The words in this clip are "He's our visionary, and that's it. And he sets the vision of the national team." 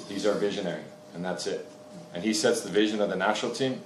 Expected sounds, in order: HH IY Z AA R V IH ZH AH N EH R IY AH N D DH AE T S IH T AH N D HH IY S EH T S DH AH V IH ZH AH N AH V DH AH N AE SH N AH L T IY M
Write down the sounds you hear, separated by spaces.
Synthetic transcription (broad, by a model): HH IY Z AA R V IH ZH AH N EH R IY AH N DH AE T S IH T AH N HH IY S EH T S DH AH V IH ZH AH N AH V DH AH N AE SH N L T IY M